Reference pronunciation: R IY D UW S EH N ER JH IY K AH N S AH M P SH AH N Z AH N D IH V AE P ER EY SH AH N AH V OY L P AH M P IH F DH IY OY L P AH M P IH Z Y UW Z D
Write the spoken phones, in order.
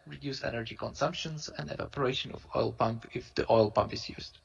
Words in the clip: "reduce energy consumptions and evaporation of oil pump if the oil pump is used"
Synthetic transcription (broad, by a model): R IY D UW S EH N ER JH IY K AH N S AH M P SH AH N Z AH N D IH V AE P ER EY SH AH N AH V OY L P AH M P IH F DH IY OY L P AH M P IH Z Y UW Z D